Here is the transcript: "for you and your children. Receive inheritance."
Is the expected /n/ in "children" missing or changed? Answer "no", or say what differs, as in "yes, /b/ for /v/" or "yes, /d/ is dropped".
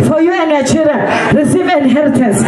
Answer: yes, /l/ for /n/